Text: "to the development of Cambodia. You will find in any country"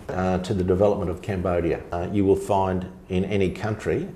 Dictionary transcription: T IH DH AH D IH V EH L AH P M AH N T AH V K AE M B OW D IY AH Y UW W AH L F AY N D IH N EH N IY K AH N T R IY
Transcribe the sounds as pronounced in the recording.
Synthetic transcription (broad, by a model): T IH DH AH D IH V EH L AH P M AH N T AH V K AE M B OW D IY AH Y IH W AH L F AY N D IH N EH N IY K AH N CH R IY